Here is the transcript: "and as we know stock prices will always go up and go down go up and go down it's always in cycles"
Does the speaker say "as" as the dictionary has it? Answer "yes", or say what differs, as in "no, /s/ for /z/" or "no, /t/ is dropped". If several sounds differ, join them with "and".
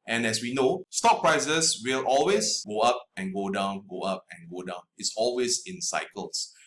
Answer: no, /s/ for /z/